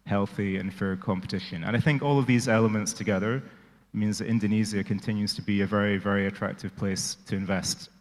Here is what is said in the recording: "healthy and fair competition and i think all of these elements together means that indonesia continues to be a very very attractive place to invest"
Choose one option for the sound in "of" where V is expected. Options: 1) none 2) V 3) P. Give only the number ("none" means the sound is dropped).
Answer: 2